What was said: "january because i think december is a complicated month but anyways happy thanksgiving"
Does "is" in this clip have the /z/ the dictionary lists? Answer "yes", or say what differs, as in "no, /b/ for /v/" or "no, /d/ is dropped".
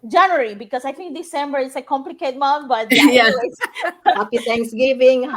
no, /s/ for /z/